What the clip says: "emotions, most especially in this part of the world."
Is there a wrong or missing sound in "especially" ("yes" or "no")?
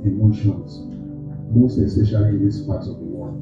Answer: yes